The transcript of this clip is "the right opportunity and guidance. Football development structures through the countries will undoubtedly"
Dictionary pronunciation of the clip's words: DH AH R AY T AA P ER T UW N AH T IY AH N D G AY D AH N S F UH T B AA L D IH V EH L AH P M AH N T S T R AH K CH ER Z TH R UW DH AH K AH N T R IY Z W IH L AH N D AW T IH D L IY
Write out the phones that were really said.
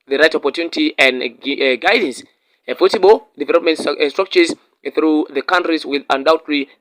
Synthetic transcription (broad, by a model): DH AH R AY T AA P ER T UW N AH T IY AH N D G AY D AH N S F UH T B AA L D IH V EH L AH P M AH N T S T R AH K CH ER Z TH R UW DH AH K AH N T R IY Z W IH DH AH N D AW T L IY